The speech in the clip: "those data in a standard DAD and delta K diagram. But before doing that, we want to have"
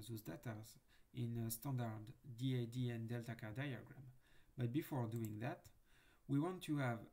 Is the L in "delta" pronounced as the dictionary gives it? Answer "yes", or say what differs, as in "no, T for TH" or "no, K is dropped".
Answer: yes